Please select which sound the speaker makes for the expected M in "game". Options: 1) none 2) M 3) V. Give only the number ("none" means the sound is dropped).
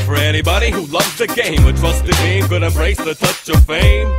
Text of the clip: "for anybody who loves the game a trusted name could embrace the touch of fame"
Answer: 2